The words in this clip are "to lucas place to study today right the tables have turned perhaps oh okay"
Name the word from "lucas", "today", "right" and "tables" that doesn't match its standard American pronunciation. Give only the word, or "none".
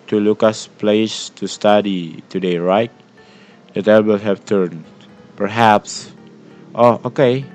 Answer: tables